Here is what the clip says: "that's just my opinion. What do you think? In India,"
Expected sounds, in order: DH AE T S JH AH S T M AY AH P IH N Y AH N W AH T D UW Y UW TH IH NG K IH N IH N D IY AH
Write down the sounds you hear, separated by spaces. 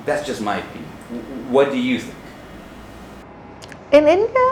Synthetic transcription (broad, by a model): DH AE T S JH AH S T M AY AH IH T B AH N W AH T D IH Y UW TH IH NG K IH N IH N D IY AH